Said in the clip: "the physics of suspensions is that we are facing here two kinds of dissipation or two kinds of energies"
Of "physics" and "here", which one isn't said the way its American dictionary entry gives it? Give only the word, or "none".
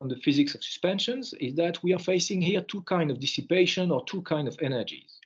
none